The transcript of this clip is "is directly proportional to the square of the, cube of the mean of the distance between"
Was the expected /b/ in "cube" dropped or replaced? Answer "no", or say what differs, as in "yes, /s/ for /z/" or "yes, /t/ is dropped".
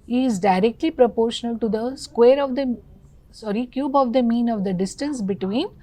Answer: no